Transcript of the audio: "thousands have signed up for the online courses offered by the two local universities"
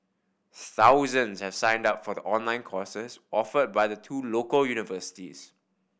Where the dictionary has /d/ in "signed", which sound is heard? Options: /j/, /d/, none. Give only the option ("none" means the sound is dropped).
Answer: /d/